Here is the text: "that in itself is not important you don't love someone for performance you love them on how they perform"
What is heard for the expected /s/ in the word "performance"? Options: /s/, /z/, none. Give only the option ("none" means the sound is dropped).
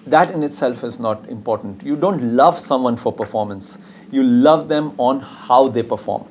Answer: /s/